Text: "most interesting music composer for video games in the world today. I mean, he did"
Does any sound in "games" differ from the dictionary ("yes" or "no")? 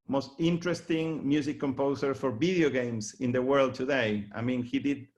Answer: yes